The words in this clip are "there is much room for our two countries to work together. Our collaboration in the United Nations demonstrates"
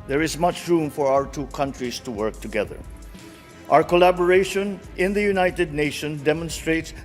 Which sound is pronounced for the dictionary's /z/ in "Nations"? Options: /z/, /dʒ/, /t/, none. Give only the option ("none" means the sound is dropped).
none